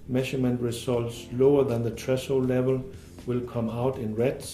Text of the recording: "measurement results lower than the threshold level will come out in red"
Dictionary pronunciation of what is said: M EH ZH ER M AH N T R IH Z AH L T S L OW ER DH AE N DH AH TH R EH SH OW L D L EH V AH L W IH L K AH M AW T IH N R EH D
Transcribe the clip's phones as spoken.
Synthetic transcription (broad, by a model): M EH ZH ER M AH N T R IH S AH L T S L OW ER DH AE N DH AH T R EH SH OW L L EH V AH L W IH L K AH M AW T IH N R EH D